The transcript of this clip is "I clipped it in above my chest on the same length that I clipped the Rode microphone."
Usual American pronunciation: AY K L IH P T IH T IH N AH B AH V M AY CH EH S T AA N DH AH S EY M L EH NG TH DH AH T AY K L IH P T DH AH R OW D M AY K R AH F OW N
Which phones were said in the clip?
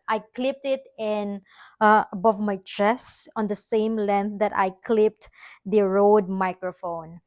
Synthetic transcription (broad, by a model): AY K L IH P T IH T IH N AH B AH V M AY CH EH S AA N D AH S EY M L EH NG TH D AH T AY K L IH P T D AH R OW D M AY K R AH F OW N